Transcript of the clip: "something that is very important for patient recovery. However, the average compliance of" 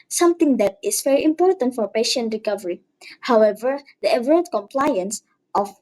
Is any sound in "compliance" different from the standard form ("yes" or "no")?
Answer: no